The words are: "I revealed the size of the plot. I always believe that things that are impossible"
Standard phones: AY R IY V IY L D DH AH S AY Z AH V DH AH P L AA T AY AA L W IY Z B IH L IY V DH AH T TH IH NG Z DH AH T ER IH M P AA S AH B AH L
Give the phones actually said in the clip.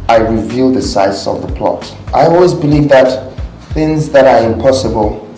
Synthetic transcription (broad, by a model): AY R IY V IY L DH AH S AY S AH V DH AH P L AA T AY AA L W IY Z B IH L IY V DH AH T TH IH NG Z DH AH T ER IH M P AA S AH B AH L